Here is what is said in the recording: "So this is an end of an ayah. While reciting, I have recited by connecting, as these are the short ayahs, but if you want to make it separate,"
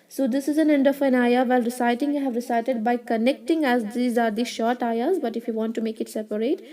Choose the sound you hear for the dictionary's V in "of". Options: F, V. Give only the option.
F